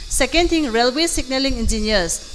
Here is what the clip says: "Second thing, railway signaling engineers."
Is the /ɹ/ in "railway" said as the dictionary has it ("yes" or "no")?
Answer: yes